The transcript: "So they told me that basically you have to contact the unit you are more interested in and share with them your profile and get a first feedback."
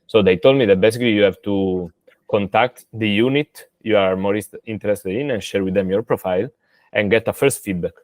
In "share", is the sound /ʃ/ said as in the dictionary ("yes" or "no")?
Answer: yes